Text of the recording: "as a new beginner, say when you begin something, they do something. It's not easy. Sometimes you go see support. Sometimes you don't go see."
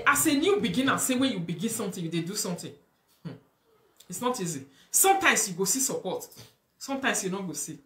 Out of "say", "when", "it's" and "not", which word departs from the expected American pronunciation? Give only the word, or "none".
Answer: none